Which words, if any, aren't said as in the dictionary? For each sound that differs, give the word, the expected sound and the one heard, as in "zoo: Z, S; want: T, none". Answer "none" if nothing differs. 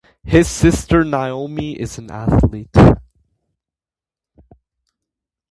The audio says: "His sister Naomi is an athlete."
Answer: none